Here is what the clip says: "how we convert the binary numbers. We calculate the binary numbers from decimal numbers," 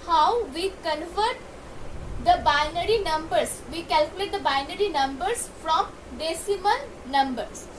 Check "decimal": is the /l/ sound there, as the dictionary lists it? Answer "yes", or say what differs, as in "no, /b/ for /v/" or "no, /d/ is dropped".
no, /n/ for /l/